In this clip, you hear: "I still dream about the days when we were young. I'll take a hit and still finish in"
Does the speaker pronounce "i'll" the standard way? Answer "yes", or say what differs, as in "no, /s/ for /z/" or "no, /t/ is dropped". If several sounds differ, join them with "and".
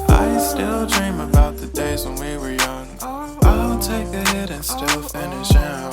no, /n/ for /l/